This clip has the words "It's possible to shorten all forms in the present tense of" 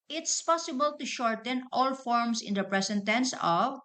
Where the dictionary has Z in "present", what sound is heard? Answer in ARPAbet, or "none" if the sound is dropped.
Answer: S